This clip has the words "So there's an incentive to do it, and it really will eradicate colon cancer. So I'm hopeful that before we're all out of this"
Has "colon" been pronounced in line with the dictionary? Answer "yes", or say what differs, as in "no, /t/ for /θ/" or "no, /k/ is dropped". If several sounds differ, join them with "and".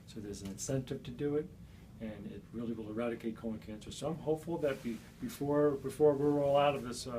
no, /l/ is dropped